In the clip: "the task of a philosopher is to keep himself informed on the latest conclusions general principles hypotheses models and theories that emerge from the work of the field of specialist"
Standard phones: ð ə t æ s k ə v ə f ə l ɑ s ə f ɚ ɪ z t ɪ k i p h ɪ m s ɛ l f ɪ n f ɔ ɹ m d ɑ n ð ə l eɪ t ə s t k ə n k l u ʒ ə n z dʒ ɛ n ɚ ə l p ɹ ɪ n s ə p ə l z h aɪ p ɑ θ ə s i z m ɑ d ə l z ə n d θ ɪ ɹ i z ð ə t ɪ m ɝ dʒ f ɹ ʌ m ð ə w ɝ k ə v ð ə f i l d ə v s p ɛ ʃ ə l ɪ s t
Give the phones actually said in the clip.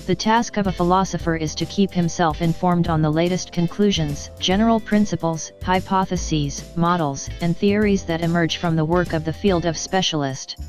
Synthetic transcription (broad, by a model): ð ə t æ s k ə v ə f ə l ɑ s ə f ɚ ɪ z t ɪ k i p h ɪ m s ɛ l f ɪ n f ɔ ɹ m d n ð ə l eɪ t ə s t k ə n k l u ʒ ə n z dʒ ɛ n ɚ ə l p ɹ ɪ n s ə p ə l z h aɪ p ɑ θ ə s i z m ɑ d l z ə n θ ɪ ɹ i z ð ə t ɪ m ɝ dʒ f ɹ ʌ m ð ə w ɝ k ə v ð ə f i l d ə v s p ɛ ʃ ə l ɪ s t